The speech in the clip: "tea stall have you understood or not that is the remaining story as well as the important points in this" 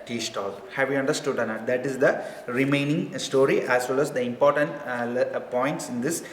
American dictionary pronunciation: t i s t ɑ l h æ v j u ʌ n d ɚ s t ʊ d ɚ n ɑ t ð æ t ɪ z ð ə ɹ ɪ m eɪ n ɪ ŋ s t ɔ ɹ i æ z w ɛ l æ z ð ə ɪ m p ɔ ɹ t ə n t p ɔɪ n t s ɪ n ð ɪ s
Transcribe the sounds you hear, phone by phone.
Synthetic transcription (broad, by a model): t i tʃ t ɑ l h æ v j u ʌ n d ɚ s t ʊ d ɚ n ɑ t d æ t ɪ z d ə ɹ ɪ m eɪ n ɪ ŋ s t ɔ ɹ i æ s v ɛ l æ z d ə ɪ m p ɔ ɹ t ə n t p ɔɪ n t s ɪ n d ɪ s